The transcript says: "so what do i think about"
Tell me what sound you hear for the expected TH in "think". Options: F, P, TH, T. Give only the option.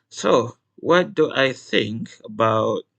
TH